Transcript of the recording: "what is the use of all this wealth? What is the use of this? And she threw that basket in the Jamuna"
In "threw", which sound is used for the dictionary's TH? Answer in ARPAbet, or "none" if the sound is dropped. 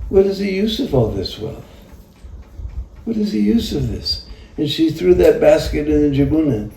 TH